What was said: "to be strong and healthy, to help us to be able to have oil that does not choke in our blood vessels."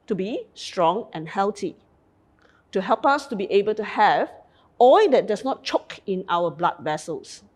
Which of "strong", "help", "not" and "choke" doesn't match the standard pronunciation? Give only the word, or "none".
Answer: none